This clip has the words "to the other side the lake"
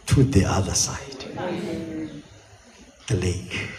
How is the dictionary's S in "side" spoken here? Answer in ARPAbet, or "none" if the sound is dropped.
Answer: S